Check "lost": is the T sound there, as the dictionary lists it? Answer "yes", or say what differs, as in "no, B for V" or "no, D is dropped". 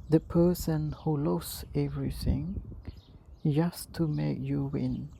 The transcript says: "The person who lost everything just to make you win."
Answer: no, T is dropped